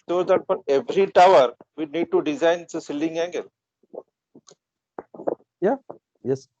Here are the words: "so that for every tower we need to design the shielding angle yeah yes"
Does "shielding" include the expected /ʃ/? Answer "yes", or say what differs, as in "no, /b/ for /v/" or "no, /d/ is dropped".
no, /s/ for /ʃ/